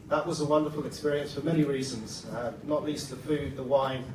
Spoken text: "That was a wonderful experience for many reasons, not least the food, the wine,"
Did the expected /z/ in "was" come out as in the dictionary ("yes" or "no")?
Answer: yes